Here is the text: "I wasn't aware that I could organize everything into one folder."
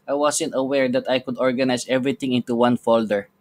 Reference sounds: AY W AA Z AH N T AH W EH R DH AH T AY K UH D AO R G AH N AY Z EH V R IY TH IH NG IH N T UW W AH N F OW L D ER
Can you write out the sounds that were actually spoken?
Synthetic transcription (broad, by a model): AY W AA S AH N T AH W EH R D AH T AY K UH D AO R G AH N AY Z EH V R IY T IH NG IH N T UW W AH N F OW L D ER